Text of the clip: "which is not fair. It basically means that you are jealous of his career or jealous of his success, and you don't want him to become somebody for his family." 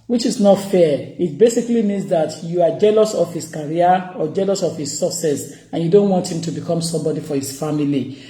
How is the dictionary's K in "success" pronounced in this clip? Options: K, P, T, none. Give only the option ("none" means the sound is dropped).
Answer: none